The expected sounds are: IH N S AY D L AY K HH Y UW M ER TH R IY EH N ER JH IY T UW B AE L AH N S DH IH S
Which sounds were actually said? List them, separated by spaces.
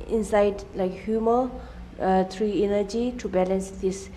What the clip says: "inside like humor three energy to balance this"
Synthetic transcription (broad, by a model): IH N S AY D L AY K HH Y UW M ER T R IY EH N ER JH IY T UW B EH L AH N S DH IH S